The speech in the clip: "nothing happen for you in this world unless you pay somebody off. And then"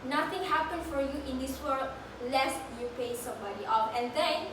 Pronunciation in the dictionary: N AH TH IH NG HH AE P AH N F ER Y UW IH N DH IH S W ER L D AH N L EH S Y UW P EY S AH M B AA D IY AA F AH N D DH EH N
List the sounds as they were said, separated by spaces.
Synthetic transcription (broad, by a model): N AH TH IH NG HH AE P AH N F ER Y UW IH N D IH S W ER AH L EH S Y UW P EY S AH M B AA D IY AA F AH N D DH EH N